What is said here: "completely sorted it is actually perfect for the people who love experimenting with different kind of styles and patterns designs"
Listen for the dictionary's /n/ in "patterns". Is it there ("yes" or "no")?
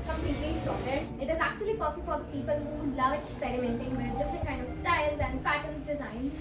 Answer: no